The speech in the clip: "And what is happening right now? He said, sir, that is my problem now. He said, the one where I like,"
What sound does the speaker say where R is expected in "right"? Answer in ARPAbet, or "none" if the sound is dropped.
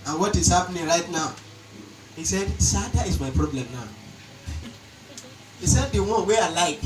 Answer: R